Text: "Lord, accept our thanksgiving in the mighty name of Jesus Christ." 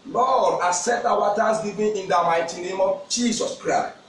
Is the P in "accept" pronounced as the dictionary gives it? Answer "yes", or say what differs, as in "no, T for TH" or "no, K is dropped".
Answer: no, P is dropped